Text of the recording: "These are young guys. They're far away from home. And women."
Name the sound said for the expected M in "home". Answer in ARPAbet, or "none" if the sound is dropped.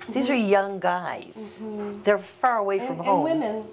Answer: none